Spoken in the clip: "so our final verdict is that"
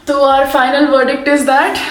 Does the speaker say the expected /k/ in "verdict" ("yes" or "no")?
yes